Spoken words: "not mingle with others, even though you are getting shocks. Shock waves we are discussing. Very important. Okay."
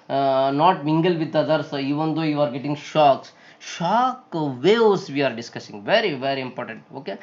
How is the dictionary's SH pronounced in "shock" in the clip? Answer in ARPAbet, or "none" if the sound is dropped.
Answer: SH